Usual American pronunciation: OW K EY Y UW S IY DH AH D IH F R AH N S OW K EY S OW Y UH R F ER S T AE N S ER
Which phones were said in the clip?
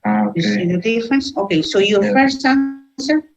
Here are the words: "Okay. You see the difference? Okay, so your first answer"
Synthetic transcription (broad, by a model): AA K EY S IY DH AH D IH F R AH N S OW K EY S OW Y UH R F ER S AA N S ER